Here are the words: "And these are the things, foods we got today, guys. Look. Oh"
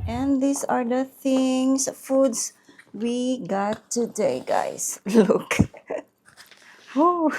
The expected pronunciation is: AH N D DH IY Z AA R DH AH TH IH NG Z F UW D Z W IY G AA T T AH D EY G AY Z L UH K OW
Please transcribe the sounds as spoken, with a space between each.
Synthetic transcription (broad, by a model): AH N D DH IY S AA R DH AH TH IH NG S F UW D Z W IY G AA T T AH D EY G AY S L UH K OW